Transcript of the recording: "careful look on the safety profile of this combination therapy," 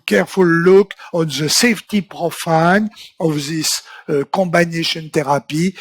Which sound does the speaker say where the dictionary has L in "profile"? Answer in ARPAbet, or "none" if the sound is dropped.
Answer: N